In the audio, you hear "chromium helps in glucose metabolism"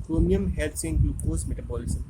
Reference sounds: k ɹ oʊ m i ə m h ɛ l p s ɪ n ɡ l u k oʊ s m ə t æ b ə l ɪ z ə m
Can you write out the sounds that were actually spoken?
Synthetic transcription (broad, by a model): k ɹ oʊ m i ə m h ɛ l s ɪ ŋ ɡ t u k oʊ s m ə t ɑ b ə l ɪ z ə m